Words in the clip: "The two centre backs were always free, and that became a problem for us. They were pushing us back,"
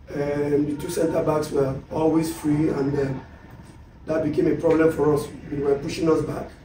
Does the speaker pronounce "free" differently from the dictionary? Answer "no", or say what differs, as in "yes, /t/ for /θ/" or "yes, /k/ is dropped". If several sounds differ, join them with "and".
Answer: no